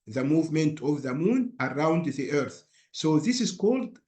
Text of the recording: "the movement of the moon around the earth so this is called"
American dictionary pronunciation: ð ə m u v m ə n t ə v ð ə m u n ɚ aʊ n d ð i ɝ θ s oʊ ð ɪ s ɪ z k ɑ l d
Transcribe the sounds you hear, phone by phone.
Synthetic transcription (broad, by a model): ð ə m u v m ə n t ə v ð ə m u n ɚ aʊ n d ð i ɝ θ s oʊ ð ɪ s ɪ z k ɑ l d